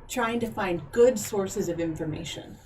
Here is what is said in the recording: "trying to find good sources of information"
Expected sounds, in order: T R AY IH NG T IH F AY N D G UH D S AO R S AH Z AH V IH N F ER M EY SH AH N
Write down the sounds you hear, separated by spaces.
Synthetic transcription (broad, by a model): T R AY IH NG T IH F AY N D G UH D S AO R S AH Z AH V IH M F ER M EY SH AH N